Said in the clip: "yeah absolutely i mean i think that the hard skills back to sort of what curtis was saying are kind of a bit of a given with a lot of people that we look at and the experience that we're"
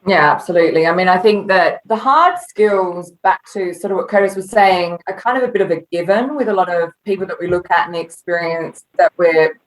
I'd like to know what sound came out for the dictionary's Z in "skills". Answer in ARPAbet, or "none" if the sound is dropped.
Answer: Z